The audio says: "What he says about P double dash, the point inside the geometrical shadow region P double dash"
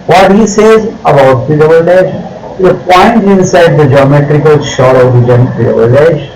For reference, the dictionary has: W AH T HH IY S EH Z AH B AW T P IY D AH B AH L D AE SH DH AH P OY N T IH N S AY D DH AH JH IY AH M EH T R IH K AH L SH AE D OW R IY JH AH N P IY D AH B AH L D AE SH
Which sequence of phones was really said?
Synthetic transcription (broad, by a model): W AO T HH IY S EH Z AH B AW T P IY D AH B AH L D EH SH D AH P OY N T IH N S AY D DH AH JH IY AH M EH T R IH K AH L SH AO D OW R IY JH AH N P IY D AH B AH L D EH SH